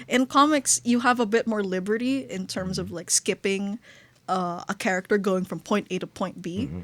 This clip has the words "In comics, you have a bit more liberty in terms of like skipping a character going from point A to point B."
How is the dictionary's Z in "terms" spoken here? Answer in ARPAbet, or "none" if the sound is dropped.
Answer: Z